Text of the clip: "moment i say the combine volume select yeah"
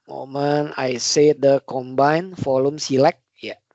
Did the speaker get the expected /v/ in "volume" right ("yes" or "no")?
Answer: no